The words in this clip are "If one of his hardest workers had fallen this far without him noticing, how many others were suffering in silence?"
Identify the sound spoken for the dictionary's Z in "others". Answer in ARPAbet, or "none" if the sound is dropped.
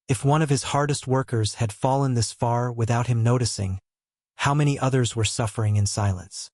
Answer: Z